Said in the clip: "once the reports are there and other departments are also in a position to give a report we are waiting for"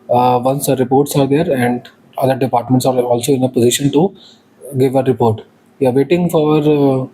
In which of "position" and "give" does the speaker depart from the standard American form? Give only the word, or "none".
none